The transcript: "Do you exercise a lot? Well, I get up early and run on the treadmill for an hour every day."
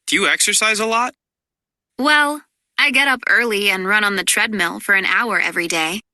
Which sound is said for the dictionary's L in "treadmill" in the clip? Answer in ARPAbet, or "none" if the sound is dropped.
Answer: L